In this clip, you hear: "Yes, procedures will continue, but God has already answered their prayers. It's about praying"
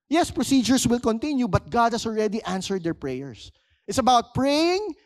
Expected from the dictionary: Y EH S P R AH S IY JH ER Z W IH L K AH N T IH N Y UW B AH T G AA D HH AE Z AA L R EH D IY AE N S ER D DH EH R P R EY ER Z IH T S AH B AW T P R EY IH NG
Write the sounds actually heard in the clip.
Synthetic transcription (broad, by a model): Y EH S P R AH S IY JH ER S W IH L K AH N T IH N Y UW B AH T G AA D HH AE S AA L R EH D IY AE N S ER D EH R P R EY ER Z IH T S AH B AW T P R EY IH NG